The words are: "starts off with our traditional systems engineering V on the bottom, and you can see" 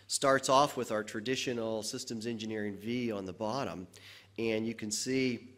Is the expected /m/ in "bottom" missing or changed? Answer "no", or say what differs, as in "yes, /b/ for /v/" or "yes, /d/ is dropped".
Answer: no